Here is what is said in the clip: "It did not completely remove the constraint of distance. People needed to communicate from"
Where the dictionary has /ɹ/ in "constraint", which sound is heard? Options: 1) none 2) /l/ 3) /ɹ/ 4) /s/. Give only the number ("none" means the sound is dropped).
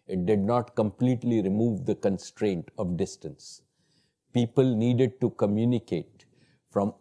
3